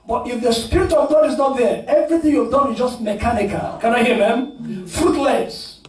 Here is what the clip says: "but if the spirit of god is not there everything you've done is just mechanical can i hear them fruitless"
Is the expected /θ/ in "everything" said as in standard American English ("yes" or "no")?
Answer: yes